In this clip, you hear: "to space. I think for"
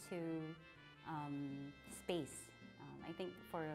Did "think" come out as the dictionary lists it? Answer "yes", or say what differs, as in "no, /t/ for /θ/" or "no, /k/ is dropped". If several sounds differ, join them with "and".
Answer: yes